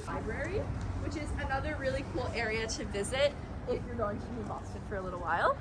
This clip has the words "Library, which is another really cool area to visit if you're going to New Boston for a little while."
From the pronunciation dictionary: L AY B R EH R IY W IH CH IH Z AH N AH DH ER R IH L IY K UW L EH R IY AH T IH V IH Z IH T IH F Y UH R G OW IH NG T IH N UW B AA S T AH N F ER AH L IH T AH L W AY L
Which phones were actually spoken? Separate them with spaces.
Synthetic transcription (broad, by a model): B AY B R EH R IY W IH CH IH Z AH N AH DH ER R IH L IY K UW L EH R IY AH T IH V IH Z IH T IH F Y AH R G OW IH NG T IH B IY B AA S T AH N F ER AH L IH T L W AY L